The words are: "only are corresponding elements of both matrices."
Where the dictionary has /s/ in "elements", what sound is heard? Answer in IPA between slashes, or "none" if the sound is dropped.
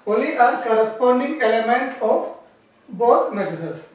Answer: none